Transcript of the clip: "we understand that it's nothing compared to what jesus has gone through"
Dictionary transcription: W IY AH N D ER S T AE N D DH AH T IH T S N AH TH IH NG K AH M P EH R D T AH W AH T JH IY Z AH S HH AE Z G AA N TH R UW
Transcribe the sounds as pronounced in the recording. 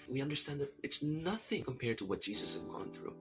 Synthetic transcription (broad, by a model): W IY AH N D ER S T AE N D DH AH T IH T S N AH TH IH NG K AH M P EH R D T AH W AH T JH IY Z AH S HH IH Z G AA N TH R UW